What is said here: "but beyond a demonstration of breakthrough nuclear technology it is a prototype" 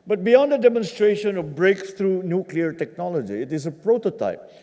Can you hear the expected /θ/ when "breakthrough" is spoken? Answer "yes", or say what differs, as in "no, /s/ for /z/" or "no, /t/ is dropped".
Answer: no, /t/ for /θ/